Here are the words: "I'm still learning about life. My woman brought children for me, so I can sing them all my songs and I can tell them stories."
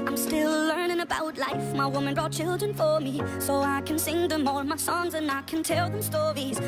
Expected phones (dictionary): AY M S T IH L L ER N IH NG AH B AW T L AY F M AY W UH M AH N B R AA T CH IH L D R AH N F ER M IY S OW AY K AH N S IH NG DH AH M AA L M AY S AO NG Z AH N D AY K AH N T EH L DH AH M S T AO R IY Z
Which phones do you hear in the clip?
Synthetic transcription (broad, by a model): AY M S T IH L L ER N IH NG AH B AW T L AY F M AY W UH M AH N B R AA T CH IH L D R AH N F ER M IY S OW AY K AH N S IH NG DH AH M AA N M AY S AO NG Z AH N AY K AH N T EH L DH AH M S T AO R IY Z